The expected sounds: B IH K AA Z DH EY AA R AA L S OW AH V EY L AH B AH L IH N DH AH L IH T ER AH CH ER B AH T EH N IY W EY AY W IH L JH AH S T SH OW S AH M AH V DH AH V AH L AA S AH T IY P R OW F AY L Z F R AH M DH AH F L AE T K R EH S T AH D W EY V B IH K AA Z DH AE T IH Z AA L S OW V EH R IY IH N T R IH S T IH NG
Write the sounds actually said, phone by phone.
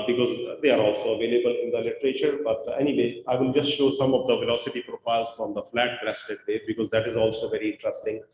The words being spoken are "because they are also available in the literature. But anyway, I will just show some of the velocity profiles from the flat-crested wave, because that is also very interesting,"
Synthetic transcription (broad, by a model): B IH K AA Z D EY AA R AA L S OW AH V EY L AH B AH L IH N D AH L IH T ER AH CH ER B AH T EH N IY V EY AY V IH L JH AH S T SH OW S AH M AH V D AH V AH L AA S AH T IY P R OW F AY L Z F R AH M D AH F L AE T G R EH S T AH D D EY B IH K AA Z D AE T IH Z AA L S OW V EH R IY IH N T R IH S T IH NG